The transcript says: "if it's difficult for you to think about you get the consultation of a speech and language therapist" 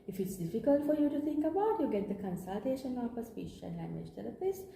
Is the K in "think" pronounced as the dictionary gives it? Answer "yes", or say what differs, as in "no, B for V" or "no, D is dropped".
yes